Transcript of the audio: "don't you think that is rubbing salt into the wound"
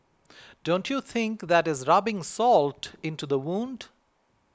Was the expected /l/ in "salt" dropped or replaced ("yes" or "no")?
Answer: no